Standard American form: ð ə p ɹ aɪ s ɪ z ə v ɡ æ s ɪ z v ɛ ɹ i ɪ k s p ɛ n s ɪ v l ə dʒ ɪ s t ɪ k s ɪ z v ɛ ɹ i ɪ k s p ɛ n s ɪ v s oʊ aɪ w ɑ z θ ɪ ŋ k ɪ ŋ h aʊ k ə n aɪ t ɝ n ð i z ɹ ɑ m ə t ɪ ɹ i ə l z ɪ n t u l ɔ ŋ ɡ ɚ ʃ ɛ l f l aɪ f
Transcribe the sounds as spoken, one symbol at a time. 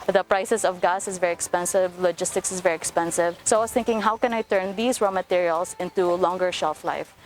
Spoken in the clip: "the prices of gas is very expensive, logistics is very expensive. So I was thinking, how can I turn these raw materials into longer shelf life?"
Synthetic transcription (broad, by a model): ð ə p ɹ aɪ s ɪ s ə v ɡ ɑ s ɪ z v ɛ ɹ i ɪ k s p ɛ n s ɪ v l ə dʒ ɪ s t ɪ k s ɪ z v ɛ ɹ i ɪ k s p ɛ n s ɪ v s oʊ aɪ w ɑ s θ ɪ ŋ k ɪ ŋ h aʊ k ə n aɪ t ɝ n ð i s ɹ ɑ m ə t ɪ ɹ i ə l s ɪ n t u l ɔ ŋ ɡ ɚ ʃ ɛ l f l aɪ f